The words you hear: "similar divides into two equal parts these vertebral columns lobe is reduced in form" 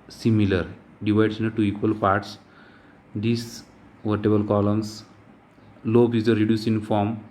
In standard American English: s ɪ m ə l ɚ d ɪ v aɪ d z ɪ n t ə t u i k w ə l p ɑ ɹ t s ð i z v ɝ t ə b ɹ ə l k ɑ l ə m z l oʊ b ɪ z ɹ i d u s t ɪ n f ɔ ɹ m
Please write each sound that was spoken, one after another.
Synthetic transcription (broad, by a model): s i m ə l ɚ d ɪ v aɪ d s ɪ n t t u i k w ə l p ɑ ɹ t s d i s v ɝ t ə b ə l k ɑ l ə m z l oʊ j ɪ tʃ ɹ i d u s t ɪ n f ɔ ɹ m